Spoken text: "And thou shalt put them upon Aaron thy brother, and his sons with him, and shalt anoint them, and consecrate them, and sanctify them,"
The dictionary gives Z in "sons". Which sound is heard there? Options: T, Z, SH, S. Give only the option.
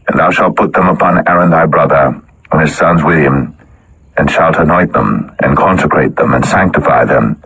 Z